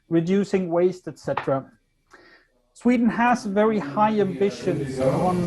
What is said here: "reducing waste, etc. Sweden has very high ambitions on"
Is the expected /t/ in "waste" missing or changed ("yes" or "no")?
no